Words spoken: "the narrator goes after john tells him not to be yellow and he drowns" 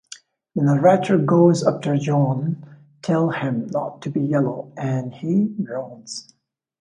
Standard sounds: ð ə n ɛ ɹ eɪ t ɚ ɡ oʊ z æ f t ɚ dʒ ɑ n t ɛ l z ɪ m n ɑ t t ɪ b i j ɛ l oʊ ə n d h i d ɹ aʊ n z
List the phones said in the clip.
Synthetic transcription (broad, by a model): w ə n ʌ ɹ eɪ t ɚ ɡ oʊ z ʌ p t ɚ dʒ ɑ n t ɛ l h ɪ m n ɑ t t ɪ b i j ɛ l oʊ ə n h i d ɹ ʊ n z